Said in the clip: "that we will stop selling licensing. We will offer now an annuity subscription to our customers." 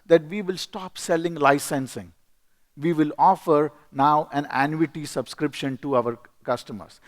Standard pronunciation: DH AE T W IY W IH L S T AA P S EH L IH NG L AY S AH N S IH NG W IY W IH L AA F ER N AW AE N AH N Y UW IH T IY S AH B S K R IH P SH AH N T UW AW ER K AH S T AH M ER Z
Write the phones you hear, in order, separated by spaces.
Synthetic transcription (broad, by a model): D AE T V IY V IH L S T AA P S EH L IH NG L AY S AH N S IH NG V IY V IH L AA F ER N AW AE N AH N Y UW IH T IY S AH B S K R IH P SH AH N T UW AW ER K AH S T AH M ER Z